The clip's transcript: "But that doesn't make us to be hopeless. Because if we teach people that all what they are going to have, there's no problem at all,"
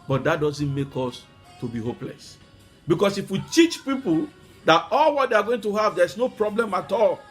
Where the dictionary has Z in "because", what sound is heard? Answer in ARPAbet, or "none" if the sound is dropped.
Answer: S